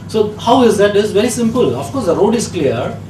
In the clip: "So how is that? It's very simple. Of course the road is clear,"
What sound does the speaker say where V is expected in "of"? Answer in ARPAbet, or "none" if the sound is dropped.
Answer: F